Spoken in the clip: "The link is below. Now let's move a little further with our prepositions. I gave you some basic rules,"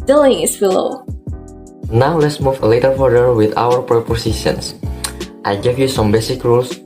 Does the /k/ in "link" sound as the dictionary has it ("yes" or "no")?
no